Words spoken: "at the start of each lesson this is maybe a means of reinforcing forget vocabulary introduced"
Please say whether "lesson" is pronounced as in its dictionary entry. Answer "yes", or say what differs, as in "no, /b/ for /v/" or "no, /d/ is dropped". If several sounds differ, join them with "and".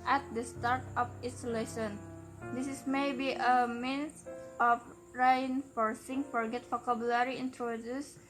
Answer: no, /ʃ/ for /s/